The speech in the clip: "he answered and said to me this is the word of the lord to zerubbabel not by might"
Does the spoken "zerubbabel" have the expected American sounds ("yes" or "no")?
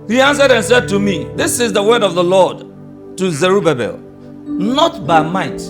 yes